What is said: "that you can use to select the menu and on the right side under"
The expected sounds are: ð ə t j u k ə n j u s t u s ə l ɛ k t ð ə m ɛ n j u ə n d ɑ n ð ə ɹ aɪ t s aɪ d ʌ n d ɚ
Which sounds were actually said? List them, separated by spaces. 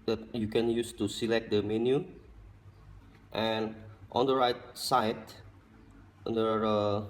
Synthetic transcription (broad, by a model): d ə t j u k ə n j u s t u s ə l ɛ k t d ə m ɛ n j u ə n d ɑ n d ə ɹ aɪ t s aɪ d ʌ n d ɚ